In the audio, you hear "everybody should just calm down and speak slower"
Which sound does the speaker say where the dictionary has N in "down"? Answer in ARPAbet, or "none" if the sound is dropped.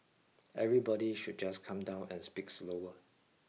N